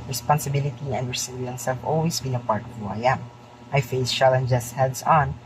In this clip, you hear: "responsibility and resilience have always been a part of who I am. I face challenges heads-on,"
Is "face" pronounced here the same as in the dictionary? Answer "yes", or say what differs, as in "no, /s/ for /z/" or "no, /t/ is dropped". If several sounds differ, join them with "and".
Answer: yes